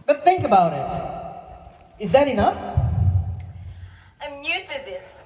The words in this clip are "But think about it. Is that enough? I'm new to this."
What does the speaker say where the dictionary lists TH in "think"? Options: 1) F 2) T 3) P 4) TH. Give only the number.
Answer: 4